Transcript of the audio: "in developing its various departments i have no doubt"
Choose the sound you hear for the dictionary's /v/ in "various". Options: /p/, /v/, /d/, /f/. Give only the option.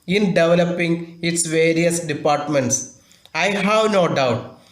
/v/